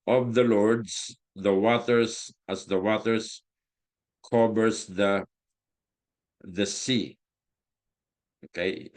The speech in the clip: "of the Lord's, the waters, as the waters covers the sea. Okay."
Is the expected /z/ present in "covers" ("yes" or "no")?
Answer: no